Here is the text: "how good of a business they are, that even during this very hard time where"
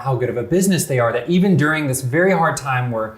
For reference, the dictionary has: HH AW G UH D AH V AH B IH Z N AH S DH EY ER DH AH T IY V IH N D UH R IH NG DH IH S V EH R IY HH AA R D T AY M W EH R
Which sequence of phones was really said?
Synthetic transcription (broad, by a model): HH AW G UH D AH V AH B IH Z N AH S DH EY ER DH AH T IY V IH N D UH R IH NG DH IH S V EH R IY HH AA R D T AY M W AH R